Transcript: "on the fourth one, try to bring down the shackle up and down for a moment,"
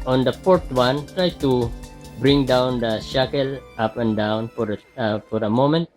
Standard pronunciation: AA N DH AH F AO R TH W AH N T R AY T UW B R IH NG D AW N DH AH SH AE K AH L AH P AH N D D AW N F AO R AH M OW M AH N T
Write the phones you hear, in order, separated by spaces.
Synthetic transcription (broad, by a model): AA N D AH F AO R T W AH N T R AY T UW B R IH NG D AW N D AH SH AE K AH L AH P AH N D D AW N F AO R AH M OW M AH N T